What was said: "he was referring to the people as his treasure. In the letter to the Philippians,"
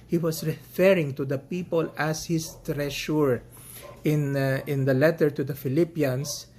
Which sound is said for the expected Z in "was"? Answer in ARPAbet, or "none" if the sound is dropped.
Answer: S